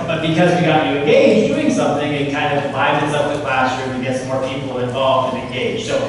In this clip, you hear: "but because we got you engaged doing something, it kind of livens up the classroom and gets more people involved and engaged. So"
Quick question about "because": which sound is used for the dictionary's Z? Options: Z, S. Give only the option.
Z